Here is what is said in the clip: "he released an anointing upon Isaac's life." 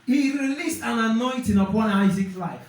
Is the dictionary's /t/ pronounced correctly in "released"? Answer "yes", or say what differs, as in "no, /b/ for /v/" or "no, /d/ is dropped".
yes